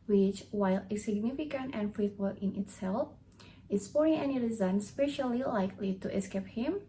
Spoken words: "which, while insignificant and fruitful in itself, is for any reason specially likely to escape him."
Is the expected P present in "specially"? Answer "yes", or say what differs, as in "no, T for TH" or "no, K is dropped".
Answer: yes